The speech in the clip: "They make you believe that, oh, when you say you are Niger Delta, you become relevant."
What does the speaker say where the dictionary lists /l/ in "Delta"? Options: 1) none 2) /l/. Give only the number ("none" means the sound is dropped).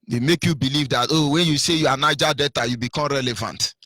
1